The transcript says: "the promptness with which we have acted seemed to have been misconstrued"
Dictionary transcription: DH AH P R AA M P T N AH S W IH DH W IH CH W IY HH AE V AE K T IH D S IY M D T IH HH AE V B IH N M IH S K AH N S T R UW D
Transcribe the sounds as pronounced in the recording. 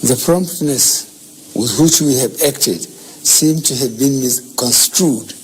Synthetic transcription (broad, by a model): DH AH P R AA M P T N AH S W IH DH W IH CH W IY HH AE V AE K T IH D S IY M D T IH HH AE V B IH N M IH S K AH N S T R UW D